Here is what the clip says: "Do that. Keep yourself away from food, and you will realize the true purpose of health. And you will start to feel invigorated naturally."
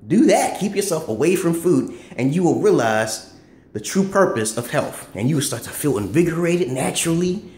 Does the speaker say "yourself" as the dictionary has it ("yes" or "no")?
yes